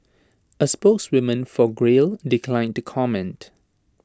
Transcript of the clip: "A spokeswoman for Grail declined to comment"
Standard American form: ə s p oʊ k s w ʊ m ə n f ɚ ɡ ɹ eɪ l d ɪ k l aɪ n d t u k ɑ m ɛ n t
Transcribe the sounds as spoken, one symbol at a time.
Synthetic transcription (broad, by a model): ə s p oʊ k s w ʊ m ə n f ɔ ɡ ɹ eɪ l d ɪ k l aɪ n t u k ɑ m ɛ n t